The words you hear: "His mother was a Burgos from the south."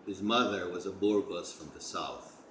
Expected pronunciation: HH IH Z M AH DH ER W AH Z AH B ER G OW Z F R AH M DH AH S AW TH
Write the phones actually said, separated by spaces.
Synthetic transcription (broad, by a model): HH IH Z M AH DH ER W AH Z AH B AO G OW S F R AH M DH AH S AW TH